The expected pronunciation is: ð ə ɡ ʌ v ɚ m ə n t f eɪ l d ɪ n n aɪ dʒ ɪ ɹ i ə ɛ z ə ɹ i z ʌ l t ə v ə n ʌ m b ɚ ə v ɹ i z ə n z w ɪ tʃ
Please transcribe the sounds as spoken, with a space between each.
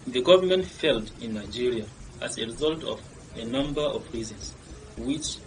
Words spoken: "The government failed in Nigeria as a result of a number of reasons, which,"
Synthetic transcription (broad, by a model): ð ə ɡ ʌ v ɚ m ə n t f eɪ l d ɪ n n aɪ dʒ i ɹ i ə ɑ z ə ɹ i z ʌ l t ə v ə n ʌ m b ɚ ə v ɹ i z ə n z w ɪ tʃ